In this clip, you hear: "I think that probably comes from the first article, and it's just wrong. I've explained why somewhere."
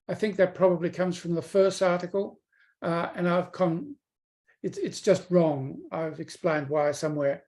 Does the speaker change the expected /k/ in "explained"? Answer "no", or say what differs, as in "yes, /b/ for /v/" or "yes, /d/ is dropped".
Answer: no